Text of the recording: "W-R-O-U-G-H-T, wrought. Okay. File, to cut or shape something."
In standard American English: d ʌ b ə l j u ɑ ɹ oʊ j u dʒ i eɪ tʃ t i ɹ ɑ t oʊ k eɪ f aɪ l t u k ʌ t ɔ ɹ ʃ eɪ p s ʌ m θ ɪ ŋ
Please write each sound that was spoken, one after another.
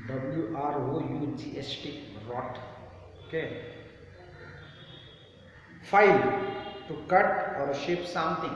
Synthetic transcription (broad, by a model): d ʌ b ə l j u ɑ ɹ oʊ j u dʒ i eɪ s t i ɹ ɑ t oʊ k eɪ f aɪ l t u k ʌ t ɔ ɹ ʃ eɪ p s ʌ m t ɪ ŋ